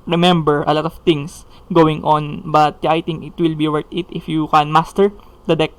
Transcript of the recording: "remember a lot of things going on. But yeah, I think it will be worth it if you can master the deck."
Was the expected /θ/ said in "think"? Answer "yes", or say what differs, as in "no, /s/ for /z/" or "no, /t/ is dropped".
no, /t/ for /θ/